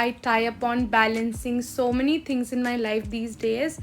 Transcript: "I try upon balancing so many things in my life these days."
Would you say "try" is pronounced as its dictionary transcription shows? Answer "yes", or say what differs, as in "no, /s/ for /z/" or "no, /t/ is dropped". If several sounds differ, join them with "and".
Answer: no, /ɹ/ is dropped